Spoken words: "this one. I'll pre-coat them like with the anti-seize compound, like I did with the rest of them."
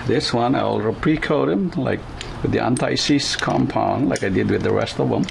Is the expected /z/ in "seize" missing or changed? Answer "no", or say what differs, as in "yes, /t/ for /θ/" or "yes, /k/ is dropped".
yes, /s/ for /z/